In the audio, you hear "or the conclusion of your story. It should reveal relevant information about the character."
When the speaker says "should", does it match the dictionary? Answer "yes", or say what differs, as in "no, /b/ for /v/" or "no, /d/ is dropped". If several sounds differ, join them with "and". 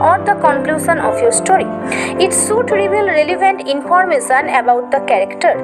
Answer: no, /s/ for /ʃ/